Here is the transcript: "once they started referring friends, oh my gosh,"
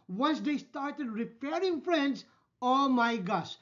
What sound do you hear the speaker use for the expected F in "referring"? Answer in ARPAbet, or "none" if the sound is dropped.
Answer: P